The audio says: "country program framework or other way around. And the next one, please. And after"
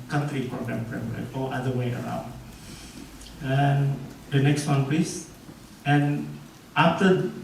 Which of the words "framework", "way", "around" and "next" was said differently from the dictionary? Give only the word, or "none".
framework